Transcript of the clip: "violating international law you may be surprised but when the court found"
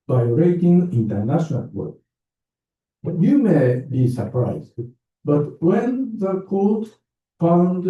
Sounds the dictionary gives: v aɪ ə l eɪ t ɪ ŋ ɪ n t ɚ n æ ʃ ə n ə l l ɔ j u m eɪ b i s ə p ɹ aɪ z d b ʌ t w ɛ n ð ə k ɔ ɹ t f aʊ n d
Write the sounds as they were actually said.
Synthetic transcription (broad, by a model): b aɪ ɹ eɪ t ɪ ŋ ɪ n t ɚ n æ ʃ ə n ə l w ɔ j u m eɪ b i s ə p ɹ aɪ z d b ʌ t w ɛ n ð ə k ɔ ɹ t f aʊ n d